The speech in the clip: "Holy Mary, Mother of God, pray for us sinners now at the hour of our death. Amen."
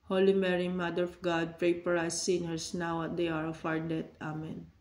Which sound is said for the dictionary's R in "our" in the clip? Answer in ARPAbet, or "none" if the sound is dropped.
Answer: W